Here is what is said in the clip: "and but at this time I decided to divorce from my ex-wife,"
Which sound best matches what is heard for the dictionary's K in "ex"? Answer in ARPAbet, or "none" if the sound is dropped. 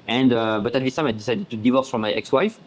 K